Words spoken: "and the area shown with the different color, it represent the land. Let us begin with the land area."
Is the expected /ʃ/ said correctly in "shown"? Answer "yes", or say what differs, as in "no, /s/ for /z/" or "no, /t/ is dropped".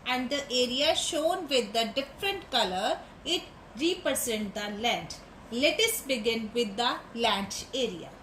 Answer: yes